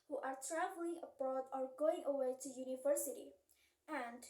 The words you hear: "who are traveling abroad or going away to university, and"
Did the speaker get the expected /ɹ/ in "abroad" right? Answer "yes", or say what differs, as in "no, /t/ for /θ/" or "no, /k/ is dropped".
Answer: no, /ɹ/ is dropped